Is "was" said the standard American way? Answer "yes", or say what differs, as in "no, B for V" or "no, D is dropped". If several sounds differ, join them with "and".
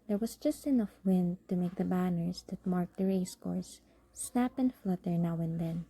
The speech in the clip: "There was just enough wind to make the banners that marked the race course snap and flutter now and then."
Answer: no, S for Z